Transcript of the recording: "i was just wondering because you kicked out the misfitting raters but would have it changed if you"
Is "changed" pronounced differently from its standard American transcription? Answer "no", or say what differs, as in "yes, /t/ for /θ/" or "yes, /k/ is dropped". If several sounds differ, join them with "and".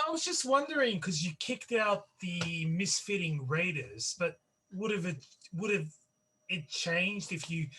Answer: no